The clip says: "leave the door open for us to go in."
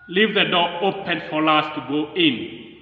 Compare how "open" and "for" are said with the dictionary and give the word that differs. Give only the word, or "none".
for